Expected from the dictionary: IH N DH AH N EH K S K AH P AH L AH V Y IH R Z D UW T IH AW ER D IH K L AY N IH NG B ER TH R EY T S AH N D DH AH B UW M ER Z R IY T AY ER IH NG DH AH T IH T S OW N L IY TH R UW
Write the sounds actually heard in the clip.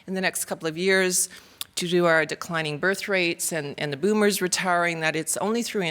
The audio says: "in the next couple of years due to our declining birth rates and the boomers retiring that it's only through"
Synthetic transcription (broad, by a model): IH N DH AH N EH K S K AH P L AH V Y IH R Z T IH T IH AW ER D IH K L AY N IH NG B ER TH R EY T S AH N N DH AH B UW M ER Z R IY T AY ER IH NG DH AH T IH T S OW N L IY TH R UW